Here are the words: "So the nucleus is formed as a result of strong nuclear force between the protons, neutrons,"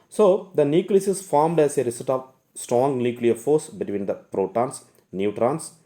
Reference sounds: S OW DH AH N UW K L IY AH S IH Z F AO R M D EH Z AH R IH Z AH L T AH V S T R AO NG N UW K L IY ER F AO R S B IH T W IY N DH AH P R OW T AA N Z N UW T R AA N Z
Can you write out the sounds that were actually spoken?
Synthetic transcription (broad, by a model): S OW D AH N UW K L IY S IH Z F AO R M D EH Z AH R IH S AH T AH V S T R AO NG N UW K L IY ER F AO R S B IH T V IY N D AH P R OW T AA N S N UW T R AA N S